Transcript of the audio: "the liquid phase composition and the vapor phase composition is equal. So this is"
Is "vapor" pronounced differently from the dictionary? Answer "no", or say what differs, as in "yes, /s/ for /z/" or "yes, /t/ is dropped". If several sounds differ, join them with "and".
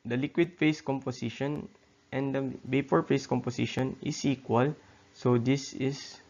yes, /b/ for /v/